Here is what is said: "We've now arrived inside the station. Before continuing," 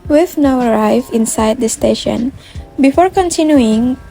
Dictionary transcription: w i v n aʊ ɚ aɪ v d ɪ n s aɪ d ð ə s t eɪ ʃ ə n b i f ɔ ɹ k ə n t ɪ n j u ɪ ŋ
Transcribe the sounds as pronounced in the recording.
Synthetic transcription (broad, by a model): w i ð n aʊ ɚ aɪ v ɪ n s aɪ d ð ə s t eɪ ʃ ə n b i f ɔ ɹ k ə n t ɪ n j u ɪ ŋ